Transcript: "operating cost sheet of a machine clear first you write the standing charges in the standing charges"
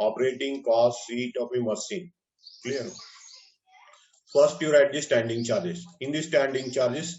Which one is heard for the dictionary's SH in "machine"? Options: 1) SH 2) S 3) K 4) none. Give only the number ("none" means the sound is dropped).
2